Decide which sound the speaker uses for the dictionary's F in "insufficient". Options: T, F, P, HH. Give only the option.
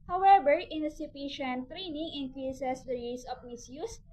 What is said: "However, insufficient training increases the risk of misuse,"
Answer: P